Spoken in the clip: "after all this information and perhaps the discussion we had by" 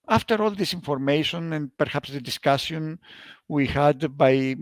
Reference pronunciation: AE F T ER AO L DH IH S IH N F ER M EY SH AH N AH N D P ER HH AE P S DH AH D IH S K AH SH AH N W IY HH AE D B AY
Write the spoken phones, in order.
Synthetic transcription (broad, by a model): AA F T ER AO L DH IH S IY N F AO M EY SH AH N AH N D P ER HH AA P S DH AH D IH S K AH S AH N W IY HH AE D B AY